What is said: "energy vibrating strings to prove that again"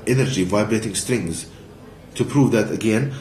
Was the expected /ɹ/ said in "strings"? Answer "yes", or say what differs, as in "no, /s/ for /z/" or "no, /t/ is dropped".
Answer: yes